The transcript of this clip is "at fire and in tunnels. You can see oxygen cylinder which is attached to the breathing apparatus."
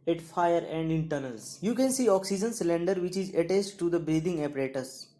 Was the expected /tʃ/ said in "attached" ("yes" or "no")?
no